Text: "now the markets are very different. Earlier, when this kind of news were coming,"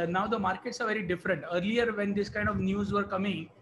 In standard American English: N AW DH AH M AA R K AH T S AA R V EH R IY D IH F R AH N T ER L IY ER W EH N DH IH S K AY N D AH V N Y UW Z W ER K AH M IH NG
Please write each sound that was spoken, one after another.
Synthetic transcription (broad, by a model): N AW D AH M AA R K AH T S AA R V EH R IY D IH F R AH N T ER L IY ER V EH N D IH S K AY N D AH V N Y UW Z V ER K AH M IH NG